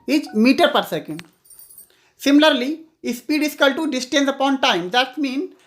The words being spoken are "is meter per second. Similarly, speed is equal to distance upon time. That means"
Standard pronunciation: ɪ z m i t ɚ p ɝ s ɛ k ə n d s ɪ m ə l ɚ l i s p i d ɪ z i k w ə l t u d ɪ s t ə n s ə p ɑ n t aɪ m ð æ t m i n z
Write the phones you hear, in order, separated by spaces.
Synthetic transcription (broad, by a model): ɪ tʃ m i t ɚ p ɝ s ɛ k ə n d s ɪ m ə l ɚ l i s p i d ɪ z k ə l t u d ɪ s t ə n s ə p ɑ n t aɪ m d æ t m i n